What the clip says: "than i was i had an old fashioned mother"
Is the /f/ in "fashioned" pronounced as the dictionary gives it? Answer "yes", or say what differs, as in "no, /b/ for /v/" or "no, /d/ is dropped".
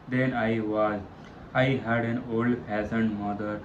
no, /p/ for /f/